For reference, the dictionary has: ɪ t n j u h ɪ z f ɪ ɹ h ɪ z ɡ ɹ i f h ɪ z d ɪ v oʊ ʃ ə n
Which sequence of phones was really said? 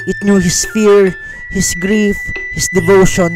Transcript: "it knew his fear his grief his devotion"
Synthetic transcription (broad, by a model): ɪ t n j u h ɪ s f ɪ ɹ h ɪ s ɡ ɹ i f h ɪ s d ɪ v oʊ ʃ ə n